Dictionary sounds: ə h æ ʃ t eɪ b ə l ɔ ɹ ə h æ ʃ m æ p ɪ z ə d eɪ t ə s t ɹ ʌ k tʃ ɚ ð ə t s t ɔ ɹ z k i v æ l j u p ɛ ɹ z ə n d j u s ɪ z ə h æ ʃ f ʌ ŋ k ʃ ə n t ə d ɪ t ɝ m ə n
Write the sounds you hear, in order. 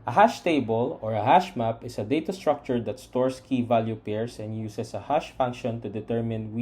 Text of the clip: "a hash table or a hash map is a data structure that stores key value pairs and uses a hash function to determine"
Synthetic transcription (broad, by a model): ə h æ ʃ t eɪ b ə l ɔ ɹ ə h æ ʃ m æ p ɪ s ə d eɪ t ə s t ɹ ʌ k tʃ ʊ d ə t s t ɔ ɹ s k i v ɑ l j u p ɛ ɹ s ə n d j u s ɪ s ə h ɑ ʃ f ʌ ŋ k ʃ ə n t ə d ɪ t ɝ m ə n